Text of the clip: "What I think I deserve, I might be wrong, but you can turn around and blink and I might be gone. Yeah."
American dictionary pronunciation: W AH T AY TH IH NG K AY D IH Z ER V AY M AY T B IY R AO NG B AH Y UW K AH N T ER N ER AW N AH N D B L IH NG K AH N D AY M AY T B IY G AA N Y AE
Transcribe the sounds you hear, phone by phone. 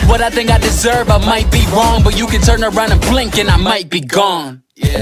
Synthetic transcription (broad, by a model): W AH T AY TH IH NG K AY D IH Z ER V AY M AY T B IY R AO NG B AH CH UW K AH N T ER N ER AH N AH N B L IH NG K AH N AY M AY T B IY G AA N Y